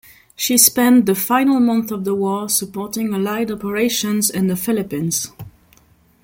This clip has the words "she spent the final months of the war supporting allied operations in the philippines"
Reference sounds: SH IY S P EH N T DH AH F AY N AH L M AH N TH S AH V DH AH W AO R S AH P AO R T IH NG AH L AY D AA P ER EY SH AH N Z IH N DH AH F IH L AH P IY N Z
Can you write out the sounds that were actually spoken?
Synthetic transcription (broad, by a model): SH IY S P EH N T DH AH F AY N AH L M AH N TH AH V DH AH W AO R S AH P AO R T IH NG AH L AY D AA P ER EY SH AH N Z IH N DH AH F IH L AH P IY N Z